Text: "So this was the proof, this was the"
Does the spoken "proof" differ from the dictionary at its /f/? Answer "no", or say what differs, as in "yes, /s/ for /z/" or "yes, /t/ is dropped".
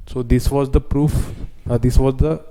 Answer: no